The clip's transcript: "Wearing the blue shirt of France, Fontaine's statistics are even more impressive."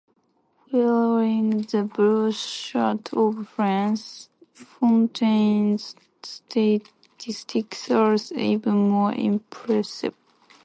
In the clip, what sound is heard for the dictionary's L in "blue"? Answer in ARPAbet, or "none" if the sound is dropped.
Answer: none